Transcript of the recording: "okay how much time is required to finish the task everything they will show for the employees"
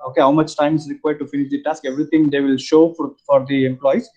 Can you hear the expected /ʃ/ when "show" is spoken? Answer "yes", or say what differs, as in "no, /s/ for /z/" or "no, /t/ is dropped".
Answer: yes